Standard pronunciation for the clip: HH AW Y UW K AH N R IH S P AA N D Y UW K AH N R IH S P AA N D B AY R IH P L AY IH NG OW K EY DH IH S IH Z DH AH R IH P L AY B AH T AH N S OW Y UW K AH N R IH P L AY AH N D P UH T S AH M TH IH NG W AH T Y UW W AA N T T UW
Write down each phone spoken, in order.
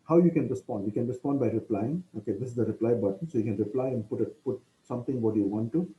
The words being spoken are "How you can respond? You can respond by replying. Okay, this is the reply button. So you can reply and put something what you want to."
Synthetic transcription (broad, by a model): HH AW Y UW K AH N R IH S P AA N D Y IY K AH N R IH S P AA N D B AY R IH P L AY IH NG OW K EY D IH S IH Z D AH R IH P L AY B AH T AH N S OW Y UW K AH N R IH P L AY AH N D P UH T S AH M T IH NG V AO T Y UW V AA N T T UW